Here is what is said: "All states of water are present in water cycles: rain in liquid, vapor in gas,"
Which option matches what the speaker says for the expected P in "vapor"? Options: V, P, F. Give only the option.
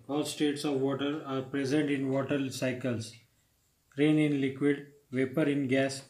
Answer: P